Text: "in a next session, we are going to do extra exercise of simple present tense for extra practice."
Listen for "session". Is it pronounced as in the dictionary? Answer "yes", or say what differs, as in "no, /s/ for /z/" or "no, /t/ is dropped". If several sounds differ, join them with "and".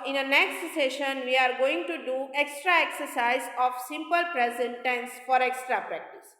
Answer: yes